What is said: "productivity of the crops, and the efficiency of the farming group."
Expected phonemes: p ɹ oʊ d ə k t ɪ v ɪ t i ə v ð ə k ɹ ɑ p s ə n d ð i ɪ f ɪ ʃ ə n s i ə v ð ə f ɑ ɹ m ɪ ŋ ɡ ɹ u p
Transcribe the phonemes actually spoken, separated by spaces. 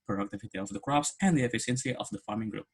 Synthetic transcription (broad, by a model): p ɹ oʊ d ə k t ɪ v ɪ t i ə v ð ə k ɹ ɑ p s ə n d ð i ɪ f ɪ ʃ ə n s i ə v ð ə f ɑ ɹ m ɪ ŋ ɡ ɹ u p